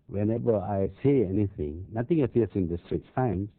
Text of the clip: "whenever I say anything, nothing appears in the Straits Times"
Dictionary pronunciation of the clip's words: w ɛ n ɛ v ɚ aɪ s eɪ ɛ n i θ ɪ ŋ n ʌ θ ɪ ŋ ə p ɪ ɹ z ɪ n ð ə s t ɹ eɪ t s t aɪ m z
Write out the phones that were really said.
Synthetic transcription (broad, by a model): w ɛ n ɛ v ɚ aɪ s eɪ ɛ n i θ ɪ ŋ n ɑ t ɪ ŋ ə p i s ɪ n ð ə s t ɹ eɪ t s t aɪ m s